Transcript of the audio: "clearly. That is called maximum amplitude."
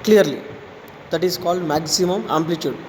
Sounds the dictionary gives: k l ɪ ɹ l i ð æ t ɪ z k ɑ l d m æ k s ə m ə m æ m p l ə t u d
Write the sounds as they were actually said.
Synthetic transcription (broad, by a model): k l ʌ ɹ l i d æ t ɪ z k ɑ l d m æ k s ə m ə m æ m p l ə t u d